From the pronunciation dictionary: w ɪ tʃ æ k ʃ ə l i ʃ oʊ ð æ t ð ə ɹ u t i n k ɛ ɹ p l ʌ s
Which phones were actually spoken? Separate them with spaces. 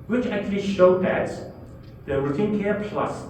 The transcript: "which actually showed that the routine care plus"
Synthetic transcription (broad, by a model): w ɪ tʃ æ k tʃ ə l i ʃ oʊ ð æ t ð ə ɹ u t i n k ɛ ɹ p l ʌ s